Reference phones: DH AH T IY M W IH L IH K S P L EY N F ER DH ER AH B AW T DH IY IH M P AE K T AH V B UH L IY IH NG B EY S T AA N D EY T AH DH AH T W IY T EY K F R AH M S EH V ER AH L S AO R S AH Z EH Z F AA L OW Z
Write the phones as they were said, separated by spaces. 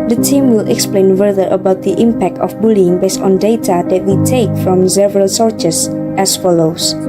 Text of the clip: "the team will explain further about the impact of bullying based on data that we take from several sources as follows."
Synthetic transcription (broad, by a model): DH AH T IY M W IH L IH K S P L EY N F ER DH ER AH B AW T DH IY IH M P AE K T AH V B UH L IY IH NG B EY S T AA N D EY T AH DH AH T W IY T EY K F R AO M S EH V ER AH L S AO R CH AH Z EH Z F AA L OW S